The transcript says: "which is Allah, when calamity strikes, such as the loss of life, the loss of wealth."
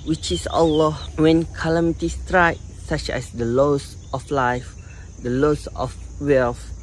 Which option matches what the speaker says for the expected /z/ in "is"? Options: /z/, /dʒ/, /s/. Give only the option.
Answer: /s/